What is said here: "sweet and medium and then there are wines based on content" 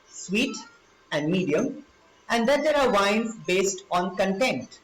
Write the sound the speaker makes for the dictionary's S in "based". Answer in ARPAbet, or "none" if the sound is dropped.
S